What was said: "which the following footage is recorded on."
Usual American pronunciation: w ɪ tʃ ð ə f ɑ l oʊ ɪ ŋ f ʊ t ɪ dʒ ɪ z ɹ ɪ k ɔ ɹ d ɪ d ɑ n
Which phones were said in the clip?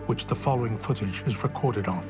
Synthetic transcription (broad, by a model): w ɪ tʃ ð ə f ɑ l oʊ ɪ ŋ f ʊ t ɪ dʒ ɪ z ɹ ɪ k ɔ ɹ d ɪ d n